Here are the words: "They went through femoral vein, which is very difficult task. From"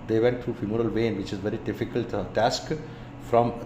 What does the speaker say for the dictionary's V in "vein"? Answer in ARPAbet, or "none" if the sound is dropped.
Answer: V